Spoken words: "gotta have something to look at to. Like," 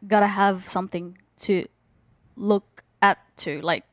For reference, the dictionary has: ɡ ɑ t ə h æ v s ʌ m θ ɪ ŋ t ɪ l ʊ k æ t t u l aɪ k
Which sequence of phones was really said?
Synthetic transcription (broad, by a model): ɡ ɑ t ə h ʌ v s ʌ m θ ɪ ŋ t ɪ l ʊ k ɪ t t u l aɪ k